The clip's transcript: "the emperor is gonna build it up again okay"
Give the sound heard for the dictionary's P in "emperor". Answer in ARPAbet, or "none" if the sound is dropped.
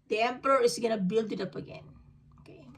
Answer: P